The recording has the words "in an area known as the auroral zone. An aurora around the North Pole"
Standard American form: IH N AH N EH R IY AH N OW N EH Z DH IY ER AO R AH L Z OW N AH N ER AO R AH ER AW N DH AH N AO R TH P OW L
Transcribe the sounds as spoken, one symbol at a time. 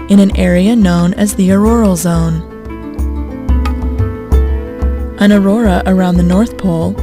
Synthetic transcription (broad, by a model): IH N AH N EH R IY AH N OW N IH Z DH IY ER AO R L Z OW N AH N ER AO R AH ER AW N DH AH N AO R TH P OW L